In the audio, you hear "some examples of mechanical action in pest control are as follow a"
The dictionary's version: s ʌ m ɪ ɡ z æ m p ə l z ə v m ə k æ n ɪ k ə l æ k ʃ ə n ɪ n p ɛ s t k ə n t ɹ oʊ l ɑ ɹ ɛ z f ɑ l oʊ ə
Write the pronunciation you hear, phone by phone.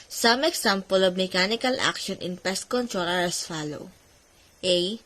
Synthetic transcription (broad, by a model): s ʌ m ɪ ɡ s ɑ m p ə l ə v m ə k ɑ n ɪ k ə l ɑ k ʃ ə n ɪ n p ɛ s t k ə n t ɹ oʊ l ɑ ɹ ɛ s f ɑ l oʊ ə